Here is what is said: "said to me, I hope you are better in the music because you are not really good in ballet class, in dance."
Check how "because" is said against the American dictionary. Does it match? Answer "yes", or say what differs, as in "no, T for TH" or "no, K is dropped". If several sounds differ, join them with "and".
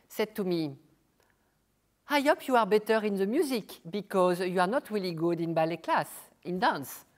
yes